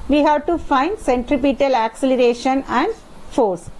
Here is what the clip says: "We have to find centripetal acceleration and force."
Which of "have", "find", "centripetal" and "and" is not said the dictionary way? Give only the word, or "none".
none